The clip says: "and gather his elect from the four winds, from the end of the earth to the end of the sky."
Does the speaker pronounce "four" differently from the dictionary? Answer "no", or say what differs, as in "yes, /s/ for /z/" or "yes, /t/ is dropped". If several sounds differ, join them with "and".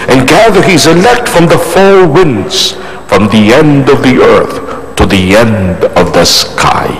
yes, /l/ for /ɹ/